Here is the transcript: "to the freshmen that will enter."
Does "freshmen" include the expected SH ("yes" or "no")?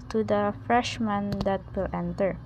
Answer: yes